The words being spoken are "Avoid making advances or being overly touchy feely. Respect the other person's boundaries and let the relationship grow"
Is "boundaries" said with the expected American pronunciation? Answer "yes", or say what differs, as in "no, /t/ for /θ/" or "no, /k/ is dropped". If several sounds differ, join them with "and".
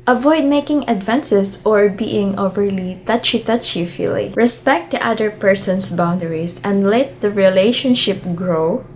no, /s/ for /z/